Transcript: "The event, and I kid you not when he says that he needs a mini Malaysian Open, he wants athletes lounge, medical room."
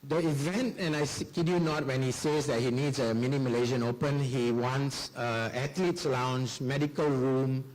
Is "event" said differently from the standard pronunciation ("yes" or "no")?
no